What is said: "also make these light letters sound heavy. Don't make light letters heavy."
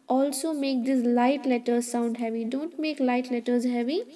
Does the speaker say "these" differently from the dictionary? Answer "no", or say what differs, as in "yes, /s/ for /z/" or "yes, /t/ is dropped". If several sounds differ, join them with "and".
yes, /s/ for /z/